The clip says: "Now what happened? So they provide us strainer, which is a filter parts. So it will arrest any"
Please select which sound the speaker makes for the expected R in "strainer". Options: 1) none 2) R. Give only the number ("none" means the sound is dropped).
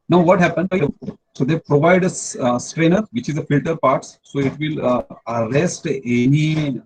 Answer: 2